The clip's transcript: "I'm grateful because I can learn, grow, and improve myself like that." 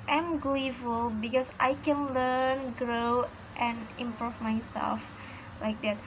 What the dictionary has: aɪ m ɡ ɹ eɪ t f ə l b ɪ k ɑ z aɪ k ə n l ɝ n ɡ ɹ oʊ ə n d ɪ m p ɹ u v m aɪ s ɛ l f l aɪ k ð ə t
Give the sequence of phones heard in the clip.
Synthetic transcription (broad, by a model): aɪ m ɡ l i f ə l b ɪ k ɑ s aɪ k ə n l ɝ n ɡ ɹ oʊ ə n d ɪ m p ɹ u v m aɪ s ɛ l f l aɪ k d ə t